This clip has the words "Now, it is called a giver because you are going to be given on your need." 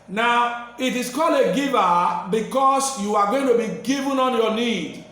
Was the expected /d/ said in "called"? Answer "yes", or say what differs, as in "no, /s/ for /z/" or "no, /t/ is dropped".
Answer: no, /d/ is dropped